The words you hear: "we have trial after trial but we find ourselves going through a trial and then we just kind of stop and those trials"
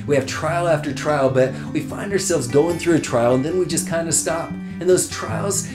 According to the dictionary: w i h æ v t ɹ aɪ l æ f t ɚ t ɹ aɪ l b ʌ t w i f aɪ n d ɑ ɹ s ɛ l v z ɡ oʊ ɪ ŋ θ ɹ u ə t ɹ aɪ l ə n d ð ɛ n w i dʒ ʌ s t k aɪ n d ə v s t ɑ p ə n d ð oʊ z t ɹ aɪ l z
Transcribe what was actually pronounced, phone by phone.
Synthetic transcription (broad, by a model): w i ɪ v t ɹ aɪ l æ f t ɚ t ɹ aɪ l b ʌ t w i f aɪ n d ɑ ɹ s ɛ l v z ɡ oʊ ɪ ŋ θ ɹ u ə t ɹ aɪ l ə n ð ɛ n w i dʒ ʌ s k aɪ n d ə s t ɑ p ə n ð oʊ z t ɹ aɪ l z